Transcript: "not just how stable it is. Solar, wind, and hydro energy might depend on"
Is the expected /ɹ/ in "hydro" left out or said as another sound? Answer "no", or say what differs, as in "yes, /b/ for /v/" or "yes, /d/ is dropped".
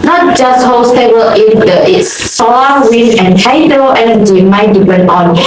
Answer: yes, /ɹ/ is dropped